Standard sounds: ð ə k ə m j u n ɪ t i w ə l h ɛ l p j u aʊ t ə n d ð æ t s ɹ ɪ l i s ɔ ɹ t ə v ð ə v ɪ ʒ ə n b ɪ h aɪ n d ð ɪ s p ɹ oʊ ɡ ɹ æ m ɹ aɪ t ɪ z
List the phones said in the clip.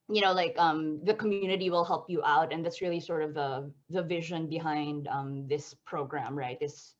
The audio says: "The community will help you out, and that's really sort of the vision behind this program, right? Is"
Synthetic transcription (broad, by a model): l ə k ə m j u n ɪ t i w ə l h ɛ l p j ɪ aʊ t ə n ð æ t s ɹ ɪ l i s ɔ ɹ t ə v ð ə v ɪ ʒ ə n b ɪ h aɪ n d ð ɪ s p ɹ oʊ ɡ ɹ æ m ɹ aɪ t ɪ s